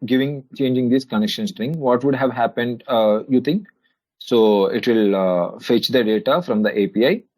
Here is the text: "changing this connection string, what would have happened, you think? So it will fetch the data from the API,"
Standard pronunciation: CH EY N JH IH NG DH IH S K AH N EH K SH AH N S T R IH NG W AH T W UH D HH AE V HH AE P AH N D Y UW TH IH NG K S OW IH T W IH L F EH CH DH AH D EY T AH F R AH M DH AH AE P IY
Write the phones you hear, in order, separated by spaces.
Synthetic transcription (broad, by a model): CH EY N JH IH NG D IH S K AH N EH K SH AH N S T R IH NG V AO T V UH D HH AE V HH AE P AH N D Y UW T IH NG K S OW IH T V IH L F EH CH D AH D EY T AH F R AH M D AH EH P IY